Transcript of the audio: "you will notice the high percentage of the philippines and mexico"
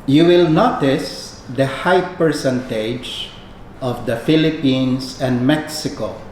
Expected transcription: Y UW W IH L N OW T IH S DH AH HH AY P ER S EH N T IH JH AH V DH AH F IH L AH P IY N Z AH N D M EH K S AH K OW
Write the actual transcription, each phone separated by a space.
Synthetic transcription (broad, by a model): Y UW W IH L N OW T IH S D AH HH AY P ER S EH N T IH JH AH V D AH F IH L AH P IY N S AH N D M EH K S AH K OW